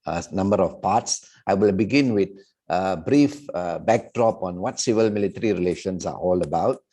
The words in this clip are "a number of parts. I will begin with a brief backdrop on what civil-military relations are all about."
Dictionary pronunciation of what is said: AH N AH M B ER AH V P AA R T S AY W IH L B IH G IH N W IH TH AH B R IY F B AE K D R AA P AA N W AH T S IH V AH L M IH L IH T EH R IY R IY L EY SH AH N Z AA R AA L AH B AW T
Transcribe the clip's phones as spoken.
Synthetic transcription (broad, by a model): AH N AH M B ER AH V P AA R T S AY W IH L B IH G IH N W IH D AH B R IY F B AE K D R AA P AA N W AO T S IH V AH L M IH L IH T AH R IY R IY L EY SH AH N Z AA R AA L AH B AW T